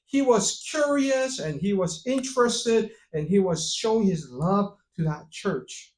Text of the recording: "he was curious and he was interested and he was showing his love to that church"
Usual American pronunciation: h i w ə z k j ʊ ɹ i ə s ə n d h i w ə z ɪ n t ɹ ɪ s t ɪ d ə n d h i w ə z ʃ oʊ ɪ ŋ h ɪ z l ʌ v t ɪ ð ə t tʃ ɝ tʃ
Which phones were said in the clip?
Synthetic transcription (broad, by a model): h i w ə z k j ʊ ɹ i ə s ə n i w ə z ɪ n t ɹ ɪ s t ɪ d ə n i w ə z ʃ oʊ ɪ ŋ h ɪ z l ʌ v t ɪ ð ə t tʃ ɝ tʃ